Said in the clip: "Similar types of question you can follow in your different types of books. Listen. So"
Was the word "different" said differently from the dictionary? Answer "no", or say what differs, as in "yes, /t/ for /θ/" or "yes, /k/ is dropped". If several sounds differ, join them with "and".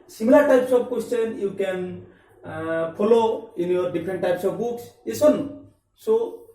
yes, /p/ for /f/